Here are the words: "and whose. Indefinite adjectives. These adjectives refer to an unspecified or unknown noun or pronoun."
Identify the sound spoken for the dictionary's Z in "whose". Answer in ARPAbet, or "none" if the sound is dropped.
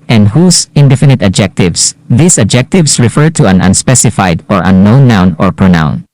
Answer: S